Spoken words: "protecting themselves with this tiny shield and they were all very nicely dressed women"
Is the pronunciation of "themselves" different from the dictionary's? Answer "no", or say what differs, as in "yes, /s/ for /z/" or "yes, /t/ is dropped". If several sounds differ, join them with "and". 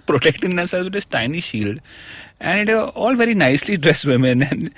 yes, /m/ is dropped and /v/ is dropped